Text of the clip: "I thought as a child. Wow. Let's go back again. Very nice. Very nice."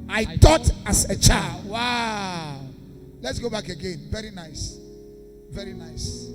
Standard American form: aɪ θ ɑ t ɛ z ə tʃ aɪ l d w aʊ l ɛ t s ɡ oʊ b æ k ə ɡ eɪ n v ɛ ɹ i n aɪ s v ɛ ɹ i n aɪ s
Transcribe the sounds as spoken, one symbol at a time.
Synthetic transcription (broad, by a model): aɪ t ɑ t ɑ s ə tʃ aɪ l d w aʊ l ɛ t s ɡ oʊ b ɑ k ə ɡ eɪ n v ɛ ɹ i n aɪ s v ɛ ɹ i n aɪ s